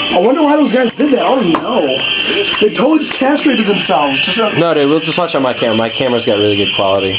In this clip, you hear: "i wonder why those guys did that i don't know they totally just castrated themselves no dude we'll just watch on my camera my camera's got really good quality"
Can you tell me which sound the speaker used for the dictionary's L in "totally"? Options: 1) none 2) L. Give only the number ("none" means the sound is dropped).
1